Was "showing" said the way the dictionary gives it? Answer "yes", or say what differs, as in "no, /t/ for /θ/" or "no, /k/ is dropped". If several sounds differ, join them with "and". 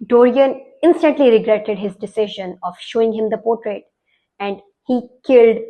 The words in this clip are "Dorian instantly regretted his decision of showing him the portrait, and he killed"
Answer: yes